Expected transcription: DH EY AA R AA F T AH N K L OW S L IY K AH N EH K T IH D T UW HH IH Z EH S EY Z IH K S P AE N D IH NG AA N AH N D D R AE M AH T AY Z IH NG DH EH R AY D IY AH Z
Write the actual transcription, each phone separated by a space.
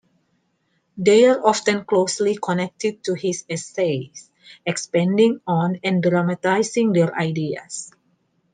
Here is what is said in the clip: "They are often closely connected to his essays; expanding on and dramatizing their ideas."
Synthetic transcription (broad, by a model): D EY AA R AA F T AH N K L OW S L IY K AH N EH K T IH D T UW HH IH S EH S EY S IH K S P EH N D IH NG AA N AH N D D R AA M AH T AY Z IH NG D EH R AY D IY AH S